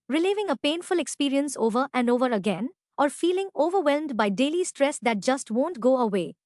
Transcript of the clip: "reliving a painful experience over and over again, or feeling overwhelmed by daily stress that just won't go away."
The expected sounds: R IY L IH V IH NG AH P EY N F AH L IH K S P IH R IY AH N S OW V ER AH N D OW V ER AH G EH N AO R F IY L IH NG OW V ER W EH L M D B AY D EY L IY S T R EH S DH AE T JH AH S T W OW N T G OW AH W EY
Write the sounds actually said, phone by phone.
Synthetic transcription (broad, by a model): R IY L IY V IH NG AH P EY N F AH L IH K S P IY R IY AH N S OW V ER AH N D OW V ER AH G EH N AO R F IY L IH NG OW V ER W EH L M D B AY D EY L IY S T R EH S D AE T JH AH S T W OW N T G OW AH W EY